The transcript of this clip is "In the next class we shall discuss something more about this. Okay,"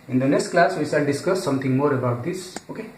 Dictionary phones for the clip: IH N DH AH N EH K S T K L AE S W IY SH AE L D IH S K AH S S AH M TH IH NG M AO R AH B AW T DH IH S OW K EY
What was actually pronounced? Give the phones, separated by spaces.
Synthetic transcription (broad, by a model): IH N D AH N EH K S T K L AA S W IY S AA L D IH S K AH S S AH M T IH NG M AO R AH B AW T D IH S OW K EY